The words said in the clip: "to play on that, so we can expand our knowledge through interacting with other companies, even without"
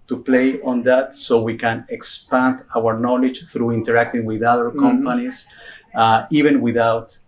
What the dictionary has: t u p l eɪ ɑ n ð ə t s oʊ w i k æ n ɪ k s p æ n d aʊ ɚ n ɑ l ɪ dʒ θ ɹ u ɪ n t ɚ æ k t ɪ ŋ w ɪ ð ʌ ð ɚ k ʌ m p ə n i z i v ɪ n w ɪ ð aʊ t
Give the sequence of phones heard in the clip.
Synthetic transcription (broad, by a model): t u p l eɪ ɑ n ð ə t s oʊ w i k æ n ɪ k s p æ n d aʊ ɚ n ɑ l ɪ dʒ θ ɹ u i n t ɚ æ k t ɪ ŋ w ɪ ð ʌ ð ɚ k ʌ m p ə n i s i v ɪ n w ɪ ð aʊ t